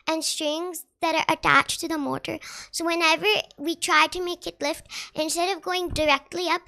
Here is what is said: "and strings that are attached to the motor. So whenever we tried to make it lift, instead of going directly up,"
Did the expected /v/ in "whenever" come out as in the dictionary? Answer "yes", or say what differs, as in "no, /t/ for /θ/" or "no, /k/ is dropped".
yes